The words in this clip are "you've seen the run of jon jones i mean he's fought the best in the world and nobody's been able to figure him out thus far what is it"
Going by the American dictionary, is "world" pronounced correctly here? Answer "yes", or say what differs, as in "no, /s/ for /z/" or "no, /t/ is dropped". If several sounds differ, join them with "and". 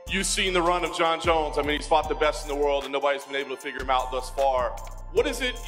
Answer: yes